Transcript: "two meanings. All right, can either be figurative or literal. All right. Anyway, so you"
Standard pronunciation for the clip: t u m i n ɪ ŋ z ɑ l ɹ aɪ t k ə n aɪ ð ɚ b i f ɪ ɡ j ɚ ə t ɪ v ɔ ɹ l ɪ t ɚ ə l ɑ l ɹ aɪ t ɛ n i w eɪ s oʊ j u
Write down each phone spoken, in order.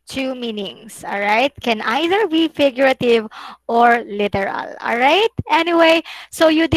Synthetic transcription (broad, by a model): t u m i n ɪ ŋ s ɑ l ɹ aɪ t k ə n aɪ ð ɚ b i f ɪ ɡ j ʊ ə t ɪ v ɔ ɹ l ɪ t ɚ ə l ɑ l ɹ aɪ t ɛ n i w eɪ s oʊ j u